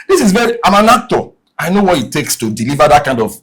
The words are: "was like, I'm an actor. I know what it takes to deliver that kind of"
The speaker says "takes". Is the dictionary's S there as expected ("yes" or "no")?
yes